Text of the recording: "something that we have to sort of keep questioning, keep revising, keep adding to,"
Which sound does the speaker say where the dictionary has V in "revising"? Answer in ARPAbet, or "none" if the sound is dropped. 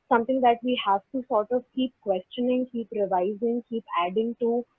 V